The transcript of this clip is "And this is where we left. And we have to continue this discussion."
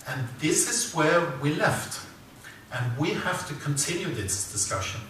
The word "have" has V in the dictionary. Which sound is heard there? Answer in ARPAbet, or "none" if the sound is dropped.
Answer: F